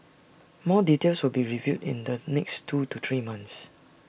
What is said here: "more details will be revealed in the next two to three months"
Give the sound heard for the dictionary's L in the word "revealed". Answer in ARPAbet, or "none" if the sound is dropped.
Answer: none